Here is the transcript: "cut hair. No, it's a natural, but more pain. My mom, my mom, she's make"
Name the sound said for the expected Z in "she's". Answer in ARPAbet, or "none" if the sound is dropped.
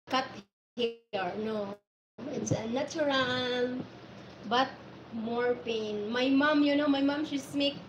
S